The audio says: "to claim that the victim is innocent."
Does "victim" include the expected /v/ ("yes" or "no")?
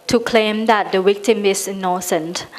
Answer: no